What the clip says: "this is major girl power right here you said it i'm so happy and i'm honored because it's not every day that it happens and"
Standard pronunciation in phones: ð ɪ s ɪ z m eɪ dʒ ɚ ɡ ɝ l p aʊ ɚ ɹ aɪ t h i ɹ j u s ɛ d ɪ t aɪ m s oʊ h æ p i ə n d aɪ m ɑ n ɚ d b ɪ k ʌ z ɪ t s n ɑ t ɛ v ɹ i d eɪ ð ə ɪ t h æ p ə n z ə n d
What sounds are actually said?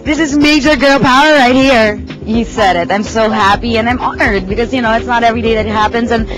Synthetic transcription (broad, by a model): ð ɪ s ɪ z m eɪ dʒ ɚ ɡ ɝ l p aʊ ɚ ɹ aɪ t h i ɹ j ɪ s ɛ d ɪ t aɪ m s oʊ h æ p i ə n aɪ m ɑ n ɚ d b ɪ k ʌ z ɪ t s n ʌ t ɛ v ɹ i d eɪ ð ɪ t h æ p ə n z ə n